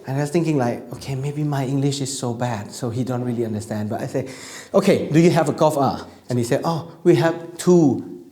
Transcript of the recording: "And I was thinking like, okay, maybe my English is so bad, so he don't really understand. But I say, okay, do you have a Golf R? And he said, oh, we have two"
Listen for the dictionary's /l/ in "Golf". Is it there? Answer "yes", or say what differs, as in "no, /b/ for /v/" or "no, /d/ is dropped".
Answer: no, /l/ is dropped